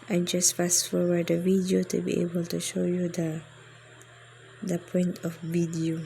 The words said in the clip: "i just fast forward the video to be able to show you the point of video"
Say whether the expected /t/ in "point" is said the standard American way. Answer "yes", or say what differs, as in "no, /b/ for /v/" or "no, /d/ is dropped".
yes